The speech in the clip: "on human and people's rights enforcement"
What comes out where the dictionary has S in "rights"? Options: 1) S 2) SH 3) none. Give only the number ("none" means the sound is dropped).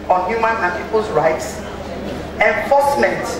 1